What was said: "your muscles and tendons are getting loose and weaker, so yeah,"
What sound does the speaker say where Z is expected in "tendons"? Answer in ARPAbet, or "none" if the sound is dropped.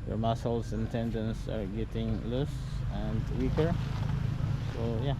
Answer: S